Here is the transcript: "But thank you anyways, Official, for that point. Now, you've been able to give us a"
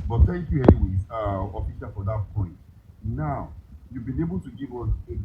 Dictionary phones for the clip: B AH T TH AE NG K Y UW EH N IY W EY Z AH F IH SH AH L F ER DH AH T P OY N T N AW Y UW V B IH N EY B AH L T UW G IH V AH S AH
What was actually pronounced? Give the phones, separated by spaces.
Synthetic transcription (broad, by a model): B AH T T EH K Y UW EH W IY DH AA AH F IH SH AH F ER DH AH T P OY N T N AW Y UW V B IH N EY B AH L T UW G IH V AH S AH